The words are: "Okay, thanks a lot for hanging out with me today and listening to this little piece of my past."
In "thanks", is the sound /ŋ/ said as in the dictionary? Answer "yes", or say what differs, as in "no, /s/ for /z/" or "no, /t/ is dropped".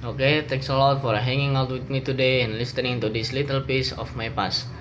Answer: no, /ŋ/ is dropped